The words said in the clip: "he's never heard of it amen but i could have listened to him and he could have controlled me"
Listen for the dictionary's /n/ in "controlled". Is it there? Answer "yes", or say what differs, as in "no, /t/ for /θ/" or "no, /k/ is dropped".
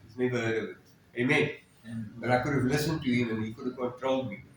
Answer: no, /n/ is dropped